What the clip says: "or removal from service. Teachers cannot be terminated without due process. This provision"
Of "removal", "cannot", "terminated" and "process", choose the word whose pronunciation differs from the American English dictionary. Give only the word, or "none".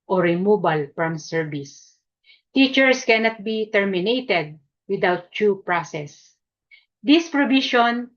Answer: removal